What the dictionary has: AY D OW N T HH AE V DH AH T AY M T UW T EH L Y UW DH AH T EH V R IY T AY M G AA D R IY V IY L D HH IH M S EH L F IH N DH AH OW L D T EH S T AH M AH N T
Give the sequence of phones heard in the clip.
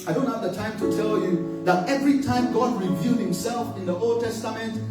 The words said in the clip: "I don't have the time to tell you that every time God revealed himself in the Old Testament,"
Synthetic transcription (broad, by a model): AY D OW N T HH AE V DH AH T AY M T UW T EH L Y UW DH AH T EH V R IY T AY M G AA D R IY V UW D HH IH M S EH L F IH N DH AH OW L D T EH S T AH M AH N T